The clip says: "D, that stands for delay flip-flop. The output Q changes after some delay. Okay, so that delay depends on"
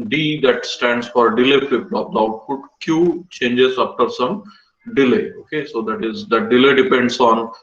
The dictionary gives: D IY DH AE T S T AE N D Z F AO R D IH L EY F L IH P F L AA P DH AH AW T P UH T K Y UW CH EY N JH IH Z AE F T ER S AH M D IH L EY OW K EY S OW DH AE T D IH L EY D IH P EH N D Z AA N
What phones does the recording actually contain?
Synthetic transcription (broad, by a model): D IY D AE T S T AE N D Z F AO R D IH L EY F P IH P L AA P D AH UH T F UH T K Y UW CH EY N JH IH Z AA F T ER S AH M D IH L EY OW K EY S OW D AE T D IH L EY D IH P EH N D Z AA N